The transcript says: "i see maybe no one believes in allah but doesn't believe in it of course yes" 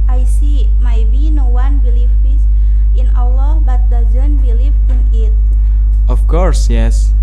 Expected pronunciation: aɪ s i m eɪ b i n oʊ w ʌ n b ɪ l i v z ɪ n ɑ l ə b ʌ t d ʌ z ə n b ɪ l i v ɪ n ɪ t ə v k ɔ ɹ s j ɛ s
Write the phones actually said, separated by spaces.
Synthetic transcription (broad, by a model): aɪ s i m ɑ b i n oʊ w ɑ n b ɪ l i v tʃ ɪ n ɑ w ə b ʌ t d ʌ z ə n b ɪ l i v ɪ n ɪ t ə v k ɔ ɹ s j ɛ s